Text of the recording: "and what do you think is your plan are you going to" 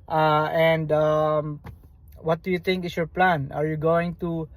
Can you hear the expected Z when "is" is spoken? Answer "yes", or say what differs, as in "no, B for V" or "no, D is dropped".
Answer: no, S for Z